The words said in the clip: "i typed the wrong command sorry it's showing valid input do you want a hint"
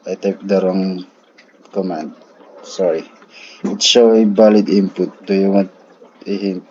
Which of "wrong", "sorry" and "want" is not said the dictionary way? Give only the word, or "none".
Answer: want